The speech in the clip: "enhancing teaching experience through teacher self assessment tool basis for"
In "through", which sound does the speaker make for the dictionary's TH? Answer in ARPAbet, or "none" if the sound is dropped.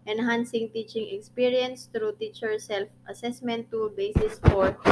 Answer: T